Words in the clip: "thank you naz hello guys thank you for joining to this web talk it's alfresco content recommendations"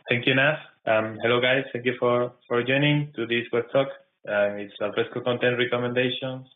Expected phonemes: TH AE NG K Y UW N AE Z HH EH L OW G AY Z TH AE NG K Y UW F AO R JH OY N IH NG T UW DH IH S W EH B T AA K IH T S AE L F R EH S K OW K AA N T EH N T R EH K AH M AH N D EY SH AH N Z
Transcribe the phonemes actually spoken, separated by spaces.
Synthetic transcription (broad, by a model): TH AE NG K Y UW N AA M HH EH L OW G AY S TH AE NG K Y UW F AO R JH OY N IH NG T UW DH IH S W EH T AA K IH T S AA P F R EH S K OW K AA N T EH N T R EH K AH M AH N D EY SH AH N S